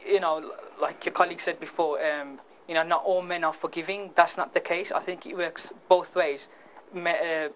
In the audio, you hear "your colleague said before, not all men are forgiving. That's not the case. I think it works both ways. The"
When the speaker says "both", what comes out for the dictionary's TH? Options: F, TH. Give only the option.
TH